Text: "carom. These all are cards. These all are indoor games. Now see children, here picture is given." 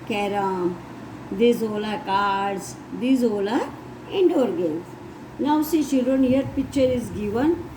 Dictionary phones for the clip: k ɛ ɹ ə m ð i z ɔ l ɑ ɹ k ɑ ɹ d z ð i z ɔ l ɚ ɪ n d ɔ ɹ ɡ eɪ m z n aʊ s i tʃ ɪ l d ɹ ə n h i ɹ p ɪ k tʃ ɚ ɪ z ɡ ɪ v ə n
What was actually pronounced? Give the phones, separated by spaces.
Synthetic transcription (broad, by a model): k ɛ ɹ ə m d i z ɔ l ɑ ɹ k ɑ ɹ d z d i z ɔ l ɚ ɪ n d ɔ ɹ ɡ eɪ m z n aʊ s i ʃ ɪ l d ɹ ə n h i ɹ p ɪ k tʃ ɚ ɪ z ɡ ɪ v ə n